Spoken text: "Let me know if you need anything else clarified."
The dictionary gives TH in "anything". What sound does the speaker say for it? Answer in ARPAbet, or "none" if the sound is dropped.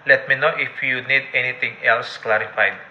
T